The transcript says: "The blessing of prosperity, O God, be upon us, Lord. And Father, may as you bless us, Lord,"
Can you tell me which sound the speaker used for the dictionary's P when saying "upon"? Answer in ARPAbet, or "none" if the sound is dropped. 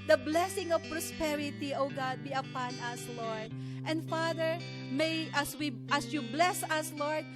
P